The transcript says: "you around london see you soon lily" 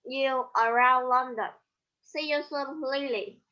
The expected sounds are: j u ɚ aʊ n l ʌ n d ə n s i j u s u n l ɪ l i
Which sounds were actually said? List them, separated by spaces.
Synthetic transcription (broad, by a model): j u ɚ aʊ n l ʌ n d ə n s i j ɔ s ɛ l l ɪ l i